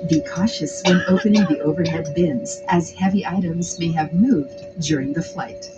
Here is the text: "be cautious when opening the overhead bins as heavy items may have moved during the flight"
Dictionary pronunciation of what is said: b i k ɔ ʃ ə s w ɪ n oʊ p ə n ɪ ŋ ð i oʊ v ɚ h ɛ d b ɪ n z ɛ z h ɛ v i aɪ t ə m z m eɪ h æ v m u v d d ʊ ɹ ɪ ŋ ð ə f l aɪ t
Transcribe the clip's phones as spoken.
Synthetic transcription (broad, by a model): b i k ɔ ʃ ə s w ɪ n oʊ p ə n ɪ ŋ ð i oʊ v ɚ h ɛ d b ɪ n z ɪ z h ɛ v i aɪ t ə m z m eɪ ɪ v m u v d d ʊ ɹ ɪ ŋ ð ə f l aɪ t